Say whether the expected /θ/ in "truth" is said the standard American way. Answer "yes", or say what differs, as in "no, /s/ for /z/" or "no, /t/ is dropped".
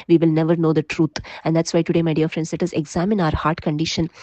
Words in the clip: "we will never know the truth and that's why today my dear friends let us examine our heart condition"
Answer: no, /t/ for /θ/